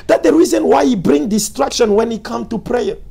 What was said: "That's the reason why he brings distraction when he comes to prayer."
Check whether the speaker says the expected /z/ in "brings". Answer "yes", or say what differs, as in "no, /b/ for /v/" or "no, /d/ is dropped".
no, /z/ is dropped